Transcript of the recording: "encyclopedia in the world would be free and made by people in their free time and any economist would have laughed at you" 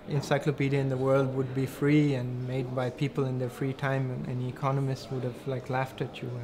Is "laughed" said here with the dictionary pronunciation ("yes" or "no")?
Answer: yes